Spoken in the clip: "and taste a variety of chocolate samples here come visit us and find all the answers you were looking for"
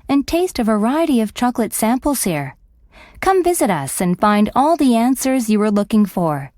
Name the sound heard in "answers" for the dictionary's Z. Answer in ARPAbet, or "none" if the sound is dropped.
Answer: Z